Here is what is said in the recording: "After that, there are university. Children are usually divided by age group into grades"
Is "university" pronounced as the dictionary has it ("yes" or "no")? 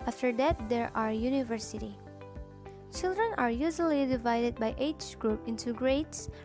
yes